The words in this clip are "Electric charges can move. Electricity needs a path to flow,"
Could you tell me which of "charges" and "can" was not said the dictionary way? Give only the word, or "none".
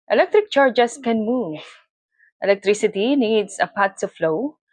charges